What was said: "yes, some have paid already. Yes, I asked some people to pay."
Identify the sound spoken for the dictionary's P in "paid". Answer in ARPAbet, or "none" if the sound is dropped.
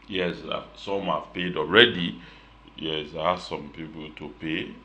P